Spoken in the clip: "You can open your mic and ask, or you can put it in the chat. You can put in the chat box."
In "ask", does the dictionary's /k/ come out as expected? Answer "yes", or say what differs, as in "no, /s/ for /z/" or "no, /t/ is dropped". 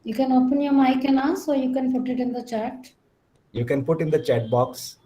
no, /k/ is dropped